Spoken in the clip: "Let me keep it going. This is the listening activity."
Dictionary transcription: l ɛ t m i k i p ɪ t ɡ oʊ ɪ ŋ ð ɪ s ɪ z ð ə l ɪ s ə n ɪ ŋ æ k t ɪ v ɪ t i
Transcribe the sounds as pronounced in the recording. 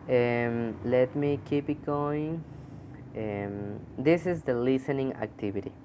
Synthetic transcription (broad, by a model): l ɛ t m i k i p ɪ t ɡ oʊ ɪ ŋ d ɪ s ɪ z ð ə l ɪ s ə n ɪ ŋ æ k t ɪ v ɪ t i